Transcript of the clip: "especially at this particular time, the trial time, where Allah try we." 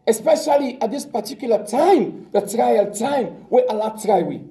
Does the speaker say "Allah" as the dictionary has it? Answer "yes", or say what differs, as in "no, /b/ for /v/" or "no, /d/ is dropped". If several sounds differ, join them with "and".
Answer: yes